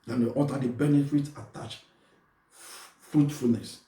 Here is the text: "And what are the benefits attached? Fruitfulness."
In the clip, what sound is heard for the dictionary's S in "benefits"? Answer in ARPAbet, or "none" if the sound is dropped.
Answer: none